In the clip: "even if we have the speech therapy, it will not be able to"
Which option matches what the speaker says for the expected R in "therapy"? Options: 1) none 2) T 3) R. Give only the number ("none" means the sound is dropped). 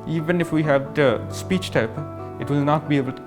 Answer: 1